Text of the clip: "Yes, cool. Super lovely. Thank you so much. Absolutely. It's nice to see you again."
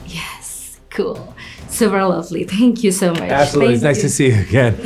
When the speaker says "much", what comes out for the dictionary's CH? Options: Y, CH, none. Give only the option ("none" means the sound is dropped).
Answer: none